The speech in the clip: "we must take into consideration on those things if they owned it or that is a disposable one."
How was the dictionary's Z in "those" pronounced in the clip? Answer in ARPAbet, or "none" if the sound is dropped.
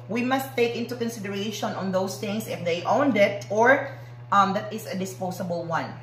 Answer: S